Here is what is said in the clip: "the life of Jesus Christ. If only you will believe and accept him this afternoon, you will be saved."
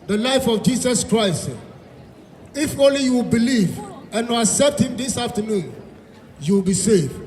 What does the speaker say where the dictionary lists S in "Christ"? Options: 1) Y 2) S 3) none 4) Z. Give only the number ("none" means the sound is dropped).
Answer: 2